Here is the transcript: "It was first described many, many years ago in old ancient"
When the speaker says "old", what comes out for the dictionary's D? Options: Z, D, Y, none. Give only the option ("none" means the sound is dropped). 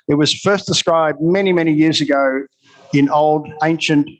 D